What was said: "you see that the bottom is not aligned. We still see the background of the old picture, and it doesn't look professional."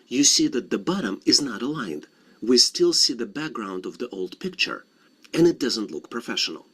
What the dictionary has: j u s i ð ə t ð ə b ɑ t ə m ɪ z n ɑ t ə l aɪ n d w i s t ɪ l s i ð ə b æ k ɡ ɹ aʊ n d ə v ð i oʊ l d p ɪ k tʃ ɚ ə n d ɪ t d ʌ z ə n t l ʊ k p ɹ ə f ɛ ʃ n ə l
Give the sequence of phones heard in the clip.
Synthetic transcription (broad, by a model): j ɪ s i ð ə t ð ə b ɑ t ə m ɪ z n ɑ t ə l aɪ n d w i s t ɪ l s i ð ə b æ k ɡ ɹ aʊ n d ə v ð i oʊ l d p ɪ k tʃ ɚ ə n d ɪ t d ʌ z ə n t l ʊ k p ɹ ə f ɛ ʃ n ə l